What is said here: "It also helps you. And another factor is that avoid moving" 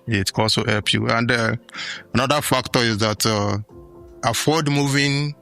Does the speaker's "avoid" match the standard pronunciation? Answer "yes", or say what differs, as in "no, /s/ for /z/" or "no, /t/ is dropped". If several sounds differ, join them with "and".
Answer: no, /f/ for /v/